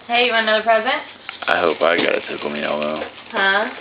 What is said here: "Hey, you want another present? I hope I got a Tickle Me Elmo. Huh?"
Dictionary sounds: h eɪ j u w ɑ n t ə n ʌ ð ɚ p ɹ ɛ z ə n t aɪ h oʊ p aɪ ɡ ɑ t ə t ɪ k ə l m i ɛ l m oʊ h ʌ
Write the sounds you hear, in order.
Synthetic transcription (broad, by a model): h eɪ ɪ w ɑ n ə ʌ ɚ p ɹ ɛ z ə n t aɪ h oʊ p aɪ ɡ ɑ t ə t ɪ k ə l m i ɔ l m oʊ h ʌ